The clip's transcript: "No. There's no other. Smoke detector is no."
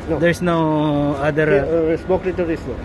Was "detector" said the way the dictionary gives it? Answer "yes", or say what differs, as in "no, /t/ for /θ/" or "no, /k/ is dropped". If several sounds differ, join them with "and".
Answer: no, /k/ is dropped